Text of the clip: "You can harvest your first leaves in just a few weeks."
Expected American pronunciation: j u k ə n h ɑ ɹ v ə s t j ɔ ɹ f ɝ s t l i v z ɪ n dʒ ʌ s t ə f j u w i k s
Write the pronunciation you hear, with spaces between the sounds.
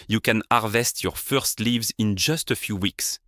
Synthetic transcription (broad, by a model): j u k ə n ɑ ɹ v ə s t j ɔ ɹ f ɝ s t l i v z ɪ n dʒ ʌ s t ə f j u w i k s